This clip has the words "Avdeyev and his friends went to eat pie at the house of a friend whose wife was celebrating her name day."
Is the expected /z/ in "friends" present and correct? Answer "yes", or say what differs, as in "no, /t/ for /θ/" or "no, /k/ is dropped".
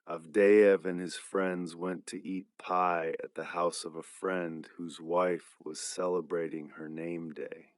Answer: yes